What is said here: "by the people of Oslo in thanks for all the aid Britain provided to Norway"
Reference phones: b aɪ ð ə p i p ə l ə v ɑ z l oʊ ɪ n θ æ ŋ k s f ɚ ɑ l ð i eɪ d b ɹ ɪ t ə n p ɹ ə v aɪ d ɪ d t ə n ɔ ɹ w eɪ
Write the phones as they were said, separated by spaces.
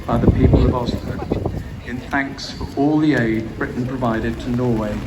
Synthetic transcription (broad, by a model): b aɪ ð ə p i p ə l ə v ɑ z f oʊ ɪ n θ æ ŋ k s f ɚ ɑ l ð i eɪ d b ɹ ɪ t n p ɹ ə v aɪ d ɪ d t ə n ɔ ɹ w eɪ